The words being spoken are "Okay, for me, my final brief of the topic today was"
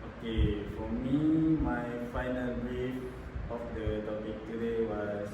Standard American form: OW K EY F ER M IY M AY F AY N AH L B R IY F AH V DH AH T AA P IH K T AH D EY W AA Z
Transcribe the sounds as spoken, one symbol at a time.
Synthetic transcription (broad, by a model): OW K EY F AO M IY M AY F AY N AH L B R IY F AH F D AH T AA P IH K T AH D EY W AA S